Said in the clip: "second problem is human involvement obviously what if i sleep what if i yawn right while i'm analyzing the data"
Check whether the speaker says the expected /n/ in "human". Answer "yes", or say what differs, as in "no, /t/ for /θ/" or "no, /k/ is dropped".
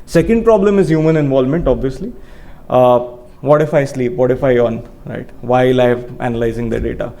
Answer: yes